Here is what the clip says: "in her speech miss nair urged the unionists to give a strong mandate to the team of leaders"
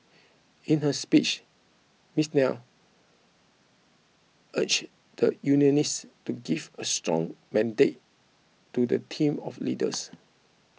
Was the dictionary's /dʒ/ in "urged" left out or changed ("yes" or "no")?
yes